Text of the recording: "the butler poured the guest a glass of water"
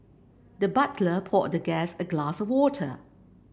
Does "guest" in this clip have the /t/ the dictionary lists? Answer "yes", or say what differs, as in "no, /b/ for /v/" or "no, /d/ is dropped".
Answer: no, /t/ is dropped